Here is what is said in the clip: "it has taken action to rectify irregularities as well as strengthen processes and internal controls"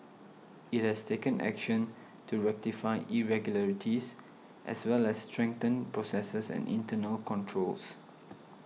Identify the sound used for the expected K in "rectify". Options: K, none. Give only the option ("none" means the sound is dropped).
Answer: K